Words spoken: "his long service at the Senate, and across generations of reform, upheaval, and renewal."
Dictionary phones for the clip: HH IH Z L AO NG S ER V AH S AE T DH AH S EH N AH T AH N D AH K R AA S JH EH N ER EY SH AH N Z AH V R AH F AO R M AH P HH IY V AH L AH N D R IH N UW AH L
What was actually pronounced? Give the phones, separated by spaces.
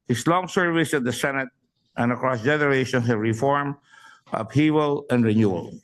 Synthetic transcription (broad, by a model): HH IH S L AO NG S ER V AH S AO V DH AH S EH N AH T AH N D AH K R AA S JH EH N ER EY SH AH N S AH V R AH F AO R M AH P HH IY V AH L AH N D R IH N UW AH L